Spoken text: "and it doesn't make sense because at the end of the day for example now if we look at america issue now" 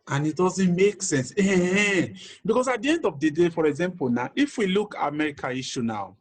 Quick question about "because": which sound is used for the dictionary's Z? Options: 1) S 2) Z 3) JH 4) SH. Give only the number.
1